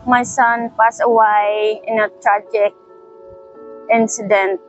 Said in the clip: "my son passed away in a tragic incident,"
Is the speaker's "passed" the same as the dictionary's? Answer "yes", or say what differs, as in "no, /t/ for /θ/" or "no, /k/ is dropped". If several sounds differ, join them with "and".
no, /t/ is dropped